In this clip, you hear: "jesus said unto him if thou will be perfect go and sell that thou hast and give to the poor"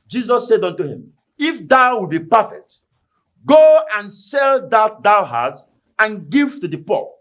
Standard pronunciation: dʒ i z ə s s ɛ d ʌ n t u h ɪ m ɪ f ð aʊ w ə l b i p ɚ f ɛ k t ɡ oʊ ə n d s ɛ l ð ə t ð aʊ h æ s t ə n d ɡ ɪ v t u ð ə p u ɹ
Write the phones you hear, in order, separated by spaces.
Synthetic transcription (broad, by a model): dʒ i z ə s s ɛ d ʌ n t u h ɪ m ɪ f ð aʊ w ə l b i p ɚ f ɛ k t ɡ oʊ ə n s ɛ l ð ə t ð aʊ h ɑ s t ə n ɡ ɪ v t u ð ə p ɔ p